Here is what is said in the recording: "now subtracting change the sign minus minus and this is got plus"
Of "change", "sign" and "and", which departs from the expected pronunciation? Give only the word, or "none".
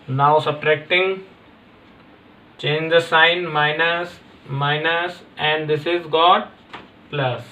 none